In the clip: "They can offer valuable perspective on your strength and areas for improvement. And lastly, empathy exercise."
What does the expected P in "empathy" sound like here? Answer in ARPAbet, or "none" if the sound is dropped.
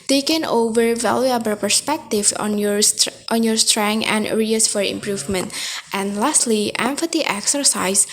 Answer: F